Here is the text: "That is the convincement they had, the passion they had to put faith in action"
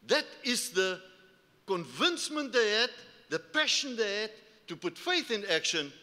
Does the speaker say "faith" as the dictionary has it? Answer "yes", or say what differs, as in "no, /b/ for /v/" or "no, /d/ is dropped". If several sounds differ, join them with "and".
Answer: yes